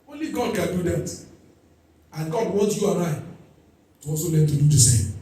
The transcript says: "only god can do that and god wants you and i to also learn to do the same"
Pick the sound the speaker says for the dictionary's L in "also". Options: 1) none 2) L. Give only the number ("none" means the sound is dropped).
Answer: 1